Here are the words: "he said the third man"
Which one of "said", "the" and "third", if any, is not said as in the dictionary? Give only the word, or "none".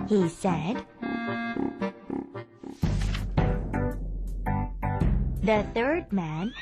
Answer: none